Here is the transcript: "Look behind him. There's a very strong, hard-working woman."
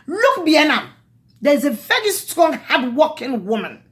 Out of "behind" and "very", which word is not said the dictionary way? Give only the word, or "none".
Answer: behind